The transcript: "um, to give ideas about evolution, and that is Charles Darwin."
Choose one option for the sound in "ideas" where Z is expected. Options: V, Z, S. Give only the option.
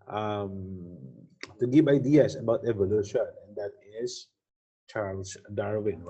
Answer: S